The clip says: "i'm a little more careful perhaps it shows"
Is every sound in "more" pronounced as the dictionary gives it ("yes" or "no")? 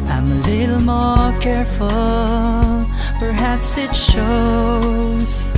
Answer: yes